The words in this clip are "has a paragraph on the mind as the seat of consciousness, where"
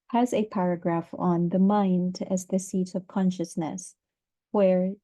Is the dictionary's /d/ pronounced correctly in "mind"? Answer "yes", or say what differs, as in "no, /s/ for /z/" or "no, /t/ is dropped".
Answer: yes